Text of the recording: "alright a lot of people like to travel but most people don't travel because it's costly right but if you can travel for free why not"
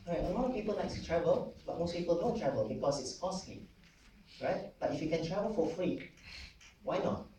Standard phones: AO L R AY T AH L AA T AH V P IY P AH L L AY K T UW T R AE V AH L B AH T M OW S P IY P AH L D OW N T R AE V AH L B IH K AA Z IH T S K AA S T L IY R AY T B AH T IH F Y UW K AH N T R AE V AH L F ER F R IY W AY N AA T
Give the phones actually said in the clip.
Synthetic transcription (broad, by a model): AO R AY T AH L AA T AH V P IY P AH L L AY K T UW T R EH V AH L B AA T M OW S P IY P AH L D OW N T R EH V AH L B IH K AA S IH T S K AA S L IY R AY T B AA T IH F Y UW K AH N T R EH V AH L F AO F R IY W AY N AA T